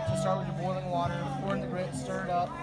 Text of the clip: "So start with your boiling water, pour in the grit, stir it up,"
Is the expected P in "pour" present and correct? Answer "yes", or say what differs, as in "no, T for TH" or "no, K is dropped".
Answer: no, F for P